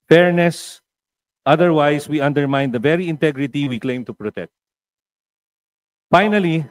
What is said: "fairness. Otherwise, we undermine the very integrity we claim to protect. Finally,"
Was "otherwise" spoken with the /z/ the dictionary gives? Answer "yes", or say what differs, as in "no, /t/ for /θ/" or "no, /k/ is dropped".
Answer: no, /s/ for /z/